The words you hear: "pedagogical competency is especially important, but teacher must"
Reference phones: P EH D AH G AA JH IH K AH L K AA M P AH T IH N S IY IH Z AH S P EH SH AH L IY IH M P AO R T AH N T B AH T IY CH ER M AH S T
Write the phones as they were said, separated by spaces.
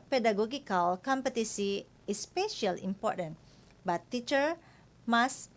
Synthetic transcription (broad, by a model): P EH D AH G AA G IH K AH L K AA M P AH T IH S IY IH AH S P EH SH AH L IY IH M P AO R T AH N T B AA T IY CH ER M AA S